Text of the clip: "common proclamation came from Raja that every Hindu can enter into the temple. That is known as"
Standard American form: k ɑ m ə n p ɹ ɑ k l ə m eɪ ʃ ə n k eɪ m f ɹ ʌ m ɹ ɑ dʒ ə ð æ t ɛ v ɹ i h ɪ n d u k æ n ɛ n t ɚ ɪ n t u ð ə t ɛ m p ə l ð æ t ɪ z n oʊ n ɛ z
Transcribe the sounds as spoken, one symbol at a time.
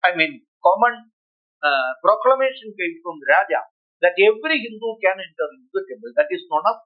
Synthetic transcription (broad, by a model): k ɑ m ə n p ɹ ɑ k l ə m eɪ ʃ ə n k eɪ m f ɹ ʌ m ɹ ɑ dʒ ə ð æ t ɛ v ɹ i h ɪ n d u k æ n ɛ n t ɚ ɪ t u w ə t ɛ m ə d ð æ t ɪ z n oʊ n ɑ